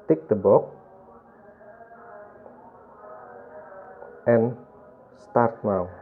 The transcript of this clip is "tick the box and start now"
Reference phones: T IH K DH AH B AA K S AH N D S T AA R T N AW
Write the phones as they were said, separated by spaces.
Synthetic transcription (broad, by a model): T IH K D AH B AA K AH N S T AA R T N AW